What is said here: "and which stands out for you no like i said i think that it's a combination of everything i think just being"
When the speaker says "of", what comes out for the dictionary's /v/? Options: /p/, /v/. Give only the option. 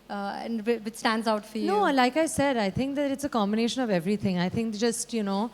/v/